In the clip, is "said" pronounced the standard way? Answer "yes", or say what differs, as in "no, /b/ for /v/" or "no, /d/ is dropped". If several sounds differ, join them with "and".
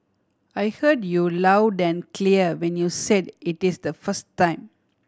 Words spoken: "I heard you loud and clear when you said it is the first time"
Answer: yes